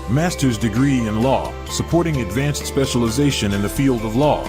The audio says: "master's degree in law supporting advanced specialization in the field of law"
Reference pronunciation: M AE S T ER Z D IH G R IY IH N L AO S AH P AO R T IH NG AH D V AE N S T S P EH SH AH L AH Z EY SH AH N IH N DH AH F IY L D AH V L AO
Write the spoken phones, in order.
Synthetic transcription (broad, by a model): M AE S T ER Z D IH G R IY IH N L AO S AH P AO R T IH NG AH D V AE N S T S P EH SH AH L AH Z EY SH AH N IH N DH AH F IY L D AH V L AO